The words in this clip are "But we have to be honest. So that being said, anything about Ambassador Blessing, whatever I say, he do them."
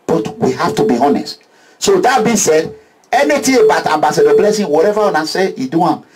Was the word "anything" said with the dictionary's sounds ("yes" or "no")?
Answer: no